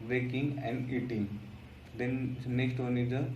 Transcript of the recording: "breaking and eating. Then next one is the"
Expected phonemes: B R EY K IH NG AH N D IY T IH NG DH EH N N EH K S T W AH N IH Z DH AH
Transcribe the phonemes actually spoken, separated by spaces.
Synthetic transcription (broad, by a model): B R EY K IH NG AH N D IY T IH NG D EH N N EH K S T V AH N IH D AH